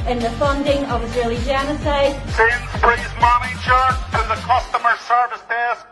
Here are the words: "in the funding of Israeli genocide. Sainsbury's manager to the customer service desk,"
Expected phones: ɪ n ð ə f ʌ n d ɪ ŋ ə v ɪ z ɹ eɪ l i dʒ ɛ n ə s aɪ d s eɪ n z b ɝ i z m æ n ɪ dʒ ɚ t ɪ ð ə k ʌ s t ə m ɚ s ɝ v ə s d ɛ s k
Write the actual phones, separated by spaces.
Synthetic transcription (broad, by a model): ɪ n ð ə f ʌ n d ɪ ŋ ə v ɪ z ɹ eɪ l i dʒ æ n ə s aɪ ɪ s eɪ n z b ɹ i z m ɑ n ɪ tʃ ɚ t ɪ ð ə k ʌ s t ə m ɚ s ɝ v ə s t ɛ s k